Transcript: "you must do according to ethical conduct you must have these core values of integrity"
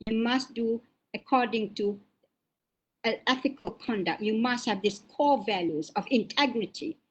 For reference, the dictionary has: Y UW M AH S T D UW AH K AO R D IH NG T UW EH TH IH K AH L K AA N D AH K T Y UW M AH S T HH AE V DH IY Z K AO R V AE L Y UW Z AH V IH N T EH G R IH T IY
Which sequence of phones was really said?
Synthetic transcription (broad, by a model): Y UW M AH S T D UW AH K AO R D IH NG T UW EH TH IH K AH L K AA N D AH K T Y UW M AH S T HH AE V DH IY S K AO V AE L Y UW Z AH V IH N T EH G R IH T IY